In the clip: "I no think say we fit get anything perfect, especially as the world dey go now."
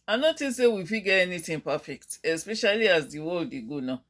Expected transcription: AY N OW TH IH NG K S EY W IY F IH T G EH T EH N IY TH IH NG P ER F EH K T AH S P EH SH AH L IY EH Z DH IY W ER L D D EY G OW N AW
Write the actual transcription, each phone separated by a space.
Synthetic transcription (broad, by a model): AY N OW T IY S EY W IY F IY G EH T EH N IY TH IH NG P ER F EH K T AH S P EH SH AH L IY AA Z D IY W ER L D D EY G OW N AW